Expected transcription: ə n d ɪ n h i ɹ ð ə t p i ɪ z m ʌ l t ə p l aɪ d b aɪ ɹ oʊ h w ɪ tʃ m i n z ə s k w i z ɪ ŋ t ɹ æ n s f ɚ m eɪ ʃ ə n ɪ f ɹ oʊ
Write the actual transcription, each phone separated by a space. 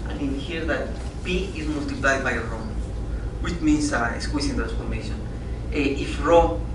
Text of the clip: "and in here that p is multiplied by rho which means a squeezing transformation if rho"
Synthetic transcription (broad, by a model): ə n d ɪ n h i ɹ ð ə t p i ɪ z m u l t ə p l aɪ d b aɪ ɹ oʊ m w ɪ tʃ m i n s ə s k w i s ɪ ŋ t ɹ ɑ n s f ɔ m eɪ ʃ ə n ɪ f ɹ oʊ